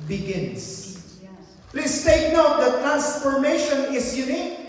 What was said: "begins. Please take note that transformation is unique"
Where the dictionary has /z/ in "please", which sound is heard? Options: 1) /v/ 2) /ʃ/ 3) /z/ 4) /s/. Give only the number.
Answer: 4